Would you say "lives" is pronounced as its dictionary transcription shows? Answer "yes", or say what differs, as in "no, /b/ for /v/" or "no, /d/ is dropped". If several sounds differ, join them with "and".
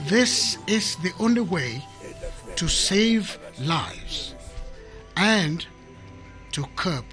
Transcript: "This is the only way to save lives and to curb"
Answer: yes